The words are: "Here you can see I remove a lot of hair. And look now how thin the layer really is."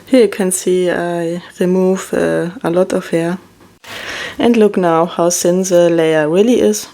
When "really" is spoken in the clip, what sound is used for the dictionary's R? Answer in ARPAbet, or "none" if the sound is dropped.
W